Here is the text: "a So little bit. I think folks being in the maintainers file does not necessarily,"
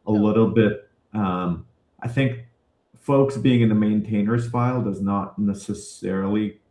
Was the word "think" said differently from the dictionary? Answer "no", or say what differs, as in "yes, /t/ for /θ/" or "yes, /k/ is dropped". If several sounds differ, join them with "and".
no